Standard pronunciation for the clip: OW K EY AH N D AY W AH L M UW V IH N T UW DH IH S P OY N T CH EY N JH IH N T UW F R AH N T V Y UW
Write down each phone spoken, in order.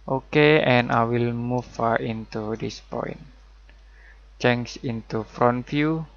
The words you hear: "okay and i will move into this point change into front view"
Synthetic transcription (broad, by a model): OW K EY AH N AY W AH L M UW F IH N T UW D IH S P OY N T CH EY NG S IH N T UW F R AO N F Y UW